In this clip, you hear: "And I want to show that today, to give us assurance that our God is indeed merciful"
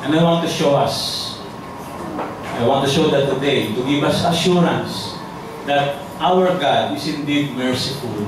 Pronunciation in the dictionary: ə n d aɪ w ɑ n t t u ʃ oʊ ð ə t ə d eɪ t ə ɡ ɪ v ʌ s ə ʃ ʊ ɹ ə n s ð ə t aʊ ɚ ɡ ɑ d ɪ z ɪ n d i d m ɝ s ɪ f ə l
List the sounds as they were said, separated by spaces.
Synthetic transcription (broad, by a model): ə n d aɪ w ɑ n t t u ʃ oʊ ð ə t ə d eɪ t ə ɡ ɪ v ʌ s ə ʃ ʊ ɹ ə n s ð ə t aʊ ɚ ɡ ɑ d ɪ s ɪ n d i d m ɝ s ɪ f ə l